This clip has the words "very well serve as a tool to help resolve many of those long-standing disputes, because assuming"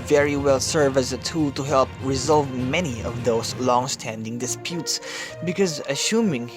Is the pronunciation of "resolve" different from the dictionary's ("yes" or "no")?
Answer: no